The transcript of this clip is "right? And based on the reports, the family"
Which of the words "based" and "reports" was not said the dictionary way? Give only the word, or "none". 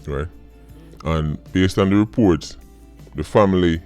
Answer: none